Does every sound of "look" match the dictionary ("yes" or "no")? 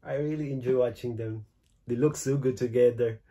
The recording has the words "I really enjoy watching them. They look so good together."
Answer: yes